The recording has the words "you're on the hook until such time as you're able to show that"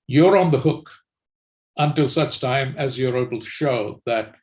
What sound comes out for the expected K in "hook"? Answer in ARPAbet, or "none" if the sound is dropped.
K